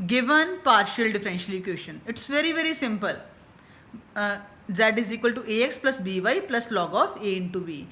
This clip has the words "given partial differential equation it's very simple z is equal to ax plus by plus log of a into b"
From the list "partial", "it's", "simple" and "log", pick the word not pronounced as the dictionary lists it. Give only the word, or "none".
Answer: none